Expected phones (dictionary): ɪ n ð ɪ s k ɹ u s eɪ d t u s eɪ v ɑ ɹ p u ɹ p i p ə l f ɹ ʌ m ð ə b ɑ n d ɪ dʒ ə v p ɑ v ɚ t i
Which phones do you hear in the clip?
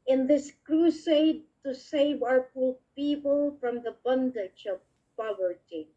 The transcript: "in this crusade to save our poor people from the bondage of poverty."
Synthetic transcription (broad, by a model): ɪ n ð ɪ s k ɹ u s eɪ d t u s eɪ v ɑ ɹ f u l p i p ə l f ɹ ʌ m ð ə b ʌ n d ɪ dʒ ə v p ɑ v ɚ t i